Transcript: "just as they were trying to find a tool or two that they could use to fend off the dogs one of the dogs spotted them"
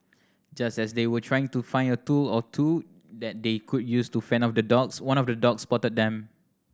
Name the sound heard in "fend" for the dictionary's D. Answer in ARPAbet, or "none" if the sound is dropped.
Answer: none